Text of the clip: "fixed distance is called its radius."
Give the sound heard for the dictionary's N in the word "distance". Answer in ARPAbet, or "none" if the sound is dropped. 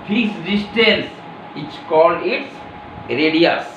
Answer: L